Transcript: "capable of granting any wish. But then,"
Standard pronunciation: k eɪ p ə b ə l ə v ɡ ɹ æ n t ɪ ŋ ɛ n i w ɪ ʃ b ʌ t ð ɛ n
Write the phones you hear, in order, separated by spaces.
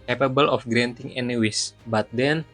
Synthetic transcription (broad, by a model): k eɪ p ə b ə l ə f ɡ ɹ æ n t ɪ ŋ ɛ n i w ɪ s b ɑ t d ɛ n